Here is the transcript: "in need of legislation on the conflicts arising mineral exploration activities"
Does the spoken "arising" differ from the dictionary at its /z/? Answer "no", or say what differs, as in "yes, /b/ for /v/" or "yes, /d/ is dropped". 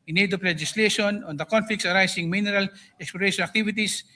yes, /s/ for /z/